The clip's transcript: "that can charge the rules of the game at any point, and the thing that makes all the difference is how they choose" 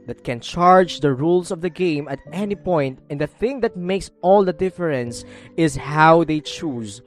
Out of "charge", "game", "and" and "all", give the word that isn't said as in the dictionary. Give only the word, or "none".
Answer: none